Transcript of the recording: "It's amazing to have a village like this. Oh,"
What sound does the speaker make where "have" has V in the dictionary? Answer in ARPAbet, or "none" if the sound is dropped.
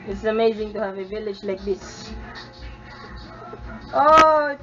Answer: V